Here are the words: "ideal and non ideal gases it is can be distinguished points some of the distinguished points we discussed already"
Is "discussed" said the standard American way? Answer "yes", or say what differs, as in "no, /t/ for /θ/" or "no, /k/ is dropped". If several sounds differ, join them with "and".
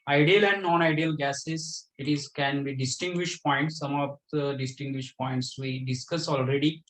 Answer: no, /t/ is dropped